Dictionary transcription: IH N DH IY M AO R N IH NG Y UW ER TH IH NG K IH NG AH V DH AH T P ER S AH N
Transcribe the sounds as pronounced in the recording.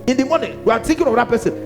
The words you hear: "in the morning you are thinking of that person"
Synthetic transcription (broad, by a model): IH N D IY M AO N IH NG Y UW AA T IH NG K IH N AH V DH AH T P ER S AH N